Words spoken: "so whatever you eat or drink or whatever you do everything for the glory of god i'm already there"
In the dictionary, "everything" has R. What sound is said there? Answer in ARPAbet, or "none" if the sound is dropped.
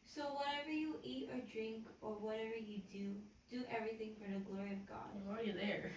R